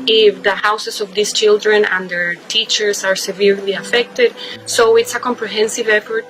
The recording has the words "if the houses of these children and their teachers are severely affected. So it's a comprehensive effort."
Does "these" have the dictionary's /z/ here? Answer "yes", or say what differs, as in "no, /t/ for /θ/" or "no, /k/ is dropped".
no, /s/ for /z/